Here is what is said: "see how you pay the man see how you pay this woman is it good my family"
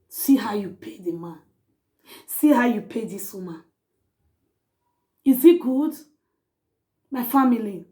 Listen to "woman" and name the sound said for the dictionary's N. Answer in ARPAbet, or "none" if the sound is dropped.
none